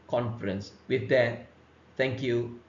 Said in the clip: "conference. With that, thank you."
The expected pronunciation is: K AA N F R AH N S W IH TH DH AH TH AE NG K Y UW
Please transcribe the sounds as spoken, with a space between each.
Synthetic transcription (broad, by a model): K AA N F R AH N S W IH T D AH T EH NG K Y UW